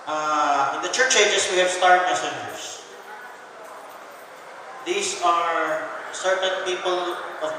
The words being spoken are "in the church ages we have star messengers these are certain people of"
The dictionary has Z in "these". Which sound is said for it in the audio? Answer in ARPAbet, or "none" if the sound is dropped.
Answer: S